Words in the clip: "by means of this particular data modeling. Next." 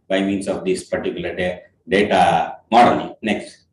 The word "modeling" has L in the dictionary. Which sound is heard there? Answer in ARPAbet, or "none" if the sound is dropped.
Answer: N